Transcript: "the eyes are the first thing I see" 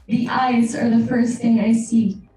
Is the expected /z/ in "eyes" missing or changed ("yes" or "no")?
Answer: no